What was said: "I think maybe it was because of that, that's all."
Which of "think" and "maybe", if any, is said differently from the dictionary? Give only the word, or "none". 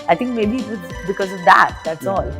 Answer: think